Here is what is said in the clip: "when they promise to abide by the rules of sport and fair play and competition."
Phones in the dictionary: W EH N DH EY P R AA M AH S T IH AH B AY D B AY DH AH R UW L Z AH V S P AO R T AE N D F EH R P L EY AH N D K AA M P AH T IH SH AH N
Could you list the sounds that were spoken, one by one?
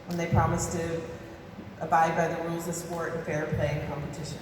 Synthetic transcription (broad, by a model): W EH N DH EY P R AA M AH S T IH AH B AY D B AY DH AH R UW L Z AH V S P AO R T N F EH R P L EY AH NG K AA M P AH T IH SH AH N